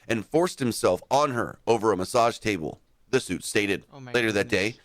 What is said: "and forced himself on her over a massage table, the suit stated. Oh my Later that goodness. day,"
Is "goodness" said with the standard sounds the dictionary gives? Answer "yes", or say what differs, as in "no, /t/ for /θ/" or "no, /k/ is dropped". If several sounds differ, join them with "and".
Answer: no, /n/ is dropped